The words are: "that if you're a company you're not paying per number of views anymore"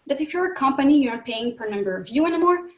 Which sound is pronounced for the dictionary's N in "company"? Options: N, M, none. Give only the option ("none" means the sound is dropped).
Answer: N